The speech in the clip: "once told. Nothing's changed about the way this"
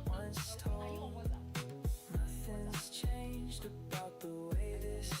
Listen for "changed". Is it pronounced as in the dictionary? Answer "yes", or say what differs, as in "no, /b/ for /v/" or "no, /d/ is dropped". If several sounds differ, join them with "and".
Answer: yes